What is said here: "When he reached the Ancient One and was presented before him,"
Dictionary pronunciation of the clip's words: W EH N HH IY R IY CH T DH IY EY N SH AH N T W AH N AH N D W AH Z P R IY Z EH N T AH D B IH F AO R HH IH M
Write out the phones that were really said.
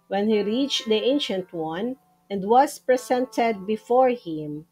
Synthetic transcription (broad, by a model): W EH N HH IY R IY CH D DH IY EY N SH AH N T W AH N AH N D W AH S P R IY S EH N T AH D B IH F AO R HH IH M